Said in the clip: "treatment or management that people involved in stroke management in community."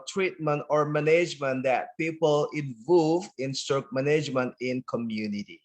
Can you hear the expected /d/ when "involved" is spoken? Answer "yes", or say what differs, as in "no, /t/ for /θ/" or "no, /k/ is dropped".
no, /d/ is dropped